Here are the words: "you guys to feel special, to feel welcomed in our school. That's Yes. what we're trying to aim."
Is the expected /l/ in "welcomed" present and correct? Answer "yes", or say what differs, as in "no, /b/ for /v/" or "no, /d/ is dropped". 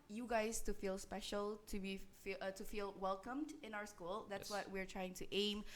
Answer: yes